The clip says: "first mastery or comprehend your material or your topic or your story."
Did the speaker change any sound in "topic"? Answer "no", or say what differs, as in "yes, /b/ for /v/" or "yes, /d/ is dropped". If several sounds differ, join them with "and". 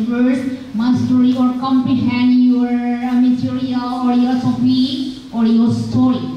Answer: yes, /k/ is dropped